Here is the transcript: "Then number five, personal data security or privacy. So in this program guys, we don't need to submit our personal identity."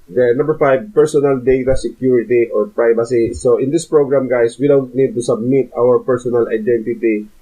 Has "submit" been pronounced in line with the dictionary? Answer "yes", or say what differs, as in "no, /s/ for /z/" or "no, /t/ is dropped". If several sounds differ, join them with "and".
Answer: yes